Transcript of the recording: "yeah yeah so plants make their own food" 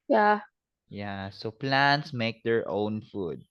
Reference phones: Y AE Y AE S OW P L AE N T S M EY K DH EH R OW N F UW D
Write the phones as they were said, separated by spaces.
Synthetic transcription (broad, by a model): Y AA Y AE S OW P L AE N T S M EY K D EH R OW N F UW D